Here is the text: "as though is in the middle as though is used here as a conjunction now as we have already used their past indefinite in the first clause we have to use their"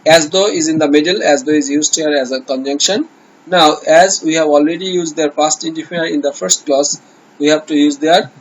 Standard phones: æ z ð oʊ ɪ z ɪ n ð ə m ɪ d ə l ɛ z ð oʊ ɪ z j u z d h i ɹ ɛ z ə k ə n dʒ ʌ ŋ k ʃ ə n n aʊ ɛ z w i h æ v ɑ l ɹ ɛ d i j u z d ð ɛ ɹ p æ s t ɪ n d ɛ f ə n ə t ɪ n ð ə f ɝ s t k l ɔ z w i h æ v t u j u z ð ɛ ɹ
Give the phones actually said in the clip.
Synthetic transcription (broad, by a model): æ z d oʊ ɪ z ɪ n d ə m ɪ d ə l ɛ z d oʊ ɪ z j u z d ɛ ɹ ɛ z ə k ə n dʒ ʌ ŋ k ʃ ə n n aʊ ɛ z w i h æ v ɑ l ɹ ɛ d i j u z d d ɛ ɹ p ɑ s t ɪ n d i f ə ə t ɪ n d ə f ɝ s t k l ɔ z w i h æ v t u j u z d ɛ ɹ